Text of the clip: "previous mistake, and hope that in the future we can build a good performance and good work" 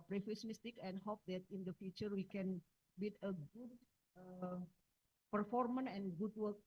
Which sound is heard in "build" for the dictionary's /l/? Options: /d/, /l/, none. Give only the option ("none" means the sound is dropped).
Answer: none